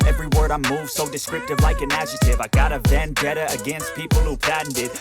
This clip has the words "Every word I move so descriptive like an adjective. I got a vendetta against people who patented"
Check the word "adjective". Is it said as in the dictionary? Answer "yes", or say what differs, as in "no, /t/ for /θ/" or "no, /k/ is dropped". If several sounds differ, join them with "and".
no, /k/ is dropped